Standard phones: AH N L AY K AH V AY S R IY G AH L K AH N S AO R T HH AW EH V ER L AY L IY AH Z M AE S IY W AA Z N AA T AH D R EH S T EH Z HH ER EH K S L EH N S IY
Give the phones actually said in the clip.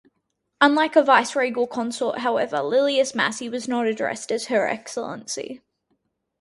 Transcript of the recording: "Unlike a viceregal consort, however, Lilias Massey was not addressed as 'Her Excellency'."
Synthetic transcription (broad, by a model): AH N L AY K AH V AY S R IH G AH L K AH N S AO T HH AW EH V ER L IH L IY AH S M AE S IY W AA Z N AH T AH D R EH S T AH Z HH ER EH K S L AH N S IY